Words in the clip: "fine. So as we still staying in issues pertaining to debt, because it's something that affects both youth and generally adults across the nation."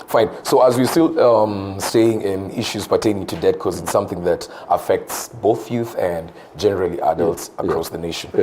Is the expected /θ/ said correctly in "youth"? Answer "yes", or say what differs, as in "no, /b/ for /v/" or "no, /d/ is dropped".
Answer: yes